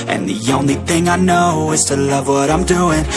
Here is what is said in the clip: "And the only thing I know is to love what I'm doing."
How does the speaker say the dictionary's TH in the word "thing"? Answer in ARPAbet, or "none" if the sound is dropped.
TH